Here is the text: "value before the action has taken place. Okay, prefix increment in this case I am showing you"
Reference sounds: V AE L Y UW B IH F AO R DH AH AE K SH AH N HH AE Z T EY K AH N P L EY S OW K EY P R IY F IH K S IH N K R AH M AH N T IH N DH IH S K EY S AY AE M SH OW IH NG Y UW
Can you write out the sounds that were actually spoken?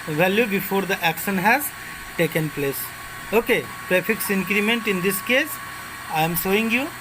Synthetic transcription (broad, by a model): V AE L Y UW B IH F AO R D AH AE K SH AH N HH AE Z T EY K AH N P L EY S OW K EY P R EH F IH K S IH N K R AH M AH N T IH N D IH S K EY S AY M S OW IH NG Y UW